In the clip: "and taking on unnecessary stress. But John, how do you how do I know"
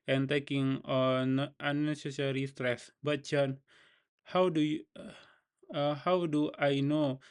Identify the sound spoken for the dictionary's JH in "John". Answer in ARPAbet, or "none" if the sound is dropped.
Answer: CH